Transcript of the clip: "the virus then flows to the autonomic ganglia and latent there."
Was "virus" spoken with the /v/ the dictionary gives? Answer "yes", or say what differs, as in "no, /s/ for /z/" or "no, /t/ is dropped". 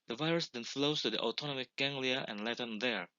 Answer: yes